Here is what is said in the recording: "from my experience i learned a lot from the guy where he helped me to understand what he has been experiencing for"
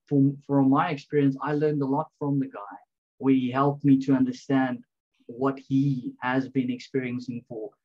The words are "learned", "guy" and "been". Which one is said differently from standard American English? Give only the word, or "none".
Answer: none